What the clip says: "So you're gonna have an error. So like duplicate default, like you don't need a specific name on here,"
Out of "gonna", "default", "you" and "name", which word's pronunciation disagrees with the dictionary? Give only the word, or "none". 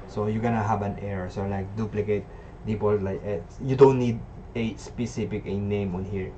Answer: default